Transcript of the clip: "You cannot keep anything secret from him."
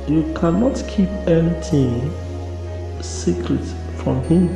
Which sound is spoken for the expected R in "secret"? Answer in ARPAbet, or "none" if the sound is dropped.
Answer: R